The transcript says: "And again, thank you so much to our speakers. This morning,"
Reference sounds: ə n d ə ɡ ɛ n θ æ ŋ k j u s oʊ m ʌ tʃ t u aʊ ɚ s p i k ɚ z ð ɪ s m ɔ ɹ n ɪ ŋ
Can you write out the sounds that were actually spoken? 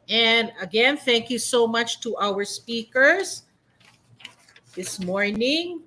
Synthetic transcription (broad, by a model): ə n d ə ɡ ɛ n θ æ ŋ k j u s oʊ m ʌ tʃ t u aʊ ɚ s p i k ɚ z ð ɪ s m ɔ ɹ n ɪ ŋ